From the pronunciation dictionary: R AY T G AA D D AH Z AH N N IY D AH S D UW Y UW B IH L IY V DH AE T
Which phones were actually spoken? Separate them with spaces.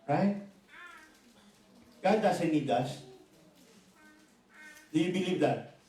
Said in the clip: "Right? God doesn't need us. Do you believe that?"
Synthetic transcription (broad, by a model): R AY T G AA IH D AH S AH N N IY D AH S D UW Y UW B IH L IY V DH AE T